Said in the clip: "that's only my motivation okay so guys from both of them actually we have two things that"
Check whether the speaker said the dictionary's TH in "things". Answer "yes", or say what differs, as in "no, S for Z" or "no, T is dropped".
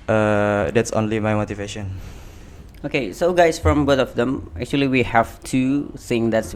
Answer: no, S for TH